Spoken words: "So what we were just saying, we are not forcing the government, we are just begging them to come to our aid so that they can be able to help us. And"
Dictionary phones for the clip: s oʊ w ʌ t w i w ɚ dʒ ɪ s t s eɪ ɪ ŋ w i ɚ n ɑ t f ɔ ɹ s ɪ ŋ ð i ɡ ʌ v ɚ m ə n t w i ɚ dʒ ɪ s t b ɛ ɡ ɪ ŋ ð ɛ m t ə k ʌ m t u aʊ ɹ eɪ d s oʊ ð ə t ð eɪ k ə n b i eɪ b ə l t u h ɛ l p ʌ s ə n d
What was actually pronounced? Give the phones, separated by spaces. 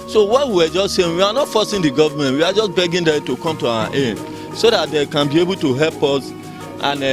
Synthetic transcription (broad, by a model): s oʊ w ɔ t w i w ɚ dʒ ɪ s t s eɪ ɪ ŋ w i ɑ n ɑ t f ɔ s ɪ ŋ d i ɡ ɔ v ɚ m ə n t w i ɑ dʒ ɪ s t b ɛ ɡ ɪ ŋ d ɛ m t ə k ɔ m t u aʊ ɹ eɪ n s oʊ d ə t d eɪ k ə n b i eɪ b ə l t u h ɛ l p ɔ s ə n